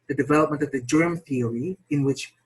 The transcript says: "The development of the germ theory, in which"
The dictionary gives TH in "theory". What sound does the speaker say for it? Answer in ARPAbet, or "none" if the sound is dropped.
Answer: TH